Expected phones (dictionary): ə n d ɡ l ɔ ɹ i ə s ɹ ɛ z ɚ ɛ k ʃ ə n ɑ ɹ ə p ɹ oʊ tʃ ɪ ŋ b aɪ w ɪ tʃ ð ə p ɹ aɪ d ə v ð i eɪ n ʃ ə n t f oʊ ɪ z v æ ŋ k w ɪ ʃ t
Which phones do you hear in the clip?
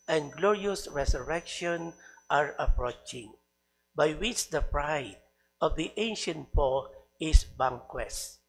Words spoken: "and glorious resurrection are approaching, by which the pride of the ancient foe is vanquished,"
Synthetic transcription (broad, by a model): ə n ɡ l ɔ ɹ i ə s ɹ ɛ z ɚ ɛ k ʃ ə n ɑ ɹ ə p ɹ oʊ tʃ ɪ ŋ b aɪ w ɪ tʃ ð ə p ɹ aɪ d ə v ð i eɪ n ʃ ə n t p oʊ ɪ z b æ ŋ k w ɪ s